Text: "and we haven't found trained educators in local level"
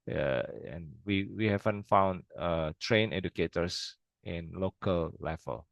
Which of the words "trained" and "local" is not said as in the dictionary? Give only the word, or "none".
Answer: trained